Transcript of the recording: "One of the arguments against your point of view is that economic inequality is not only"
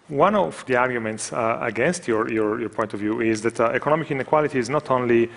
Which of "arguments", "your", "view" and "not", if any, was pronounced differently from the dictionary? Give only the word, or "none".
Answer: none